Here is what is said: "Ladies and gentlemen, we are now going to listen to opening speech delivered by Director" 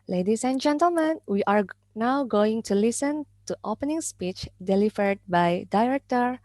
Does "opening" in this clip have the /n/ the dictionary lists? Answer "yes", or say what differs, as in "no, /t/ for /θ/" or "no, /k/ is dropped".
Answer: yes